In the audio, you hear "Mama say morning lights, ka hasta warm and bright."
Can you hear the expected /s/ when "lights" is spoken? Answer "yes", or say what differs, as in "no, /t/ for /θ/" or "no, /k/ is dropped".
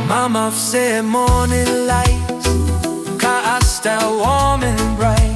no, /s/ is dropped